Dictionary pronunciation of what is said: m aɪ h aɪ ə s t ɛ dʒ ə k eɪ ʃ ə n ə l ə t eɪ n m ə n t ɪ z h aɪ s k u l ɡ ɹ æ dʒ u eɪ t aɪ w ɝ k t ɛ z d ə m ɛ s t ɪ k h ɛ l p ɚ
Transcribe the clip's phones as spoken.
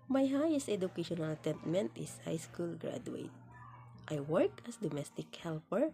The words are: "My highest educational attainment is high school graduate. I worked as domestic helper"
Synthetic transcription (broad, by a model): m aɪ h aɪ ə s t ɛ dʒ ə k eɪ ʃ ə n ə l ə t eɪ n m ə n t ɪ s h aɪ s k u l ɡ ɹ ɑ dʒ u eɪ t aɪ w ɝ k ɛ s d ə m ɛ s t ɪ k h ɛ l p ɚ